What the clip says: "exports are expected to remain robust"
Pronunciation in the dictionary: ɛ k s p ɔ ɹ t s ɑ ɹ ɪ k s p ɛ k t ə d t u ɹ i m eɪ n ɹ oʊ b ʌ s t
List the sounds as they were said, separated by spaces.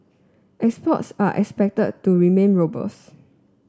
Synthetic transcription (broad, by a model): ɛ k s p ɔ t s ɑ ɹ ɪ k s p ɛ k t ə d t u ɹ i m eɪ n ɹ oʊ b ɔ s